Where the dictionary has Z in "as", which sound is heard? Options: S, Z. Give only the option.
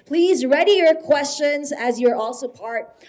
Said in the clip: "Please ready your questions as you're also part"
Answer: Z